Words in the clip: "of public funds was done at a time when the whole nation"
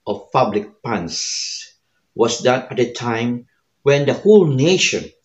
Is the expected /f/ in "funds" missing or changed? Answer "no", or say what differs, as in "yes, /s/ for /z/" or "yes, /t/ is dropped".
yes, /p/ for /f/